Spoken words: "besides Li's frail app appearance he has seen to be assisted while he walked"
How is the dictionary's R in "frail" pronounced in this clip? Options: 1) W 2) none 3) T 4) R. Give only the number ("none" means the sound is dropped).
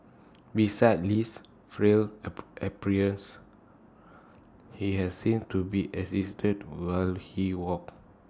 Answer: 4